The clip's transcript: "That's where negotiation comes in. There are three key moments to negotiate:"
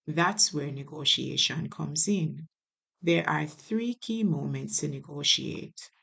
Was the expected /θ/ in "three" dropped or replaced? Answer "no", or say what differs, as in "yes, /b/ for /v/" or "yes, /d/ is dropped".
no